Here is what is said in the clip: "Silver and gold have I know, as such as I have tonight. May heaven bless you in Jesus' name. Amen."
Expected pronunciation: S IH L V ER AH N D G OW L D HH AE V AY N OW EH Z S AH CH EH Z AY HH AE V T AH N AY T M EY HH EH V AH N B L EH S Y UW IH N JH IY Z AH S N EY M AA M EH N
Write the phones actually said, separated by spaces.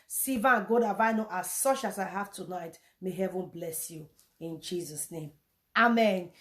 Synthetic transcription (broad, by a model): S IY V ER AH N G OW D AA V AY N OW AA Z S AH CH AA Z AY HH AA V T AH N AY T M EY HH EH V AH N B L EH S Y UW IH N JH IY Z AH S N EY M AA M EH N